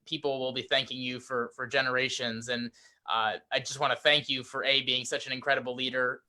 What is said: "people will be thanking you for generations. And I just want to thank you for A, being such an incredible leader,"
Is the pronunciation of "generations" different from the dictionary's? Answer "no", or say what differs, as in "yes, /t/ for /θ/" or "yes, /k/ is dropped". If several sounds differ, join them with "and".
no